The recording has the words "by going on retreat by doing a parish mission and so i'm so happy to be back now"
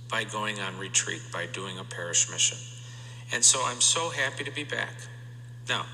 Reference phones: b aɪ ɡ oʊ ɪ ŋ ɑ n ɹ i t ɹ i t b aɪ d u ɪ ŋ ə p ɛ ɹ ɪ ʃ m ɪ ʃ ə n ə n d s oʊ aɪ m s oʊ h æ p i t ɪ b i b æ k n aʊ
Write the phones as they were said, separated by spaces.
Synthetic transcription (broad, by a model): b aɪ ɡ oʊ ɪ ŋ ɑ n ɹ i t ɹ i t b aɪ d u ɪ ŋ ə p ɛ ɹ ɪ ʃ m ɪ ʃ ə n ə n s oʊ aɪ m s oʊ h æ p i t ɪ b i b æ k n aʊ